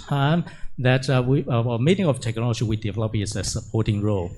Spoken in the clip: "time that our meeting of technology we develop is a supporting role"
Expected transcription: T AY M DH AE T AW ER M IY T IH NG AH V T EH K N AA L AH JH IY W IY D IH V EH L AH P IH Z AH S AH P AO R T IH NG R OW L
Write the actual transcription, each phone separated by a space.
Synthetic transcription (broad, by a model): AY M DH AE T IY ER M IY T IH NG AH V T EH K N AA L AH JH IY W IY D IH V EH L AH P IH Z AH S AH P AO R T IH NG R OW L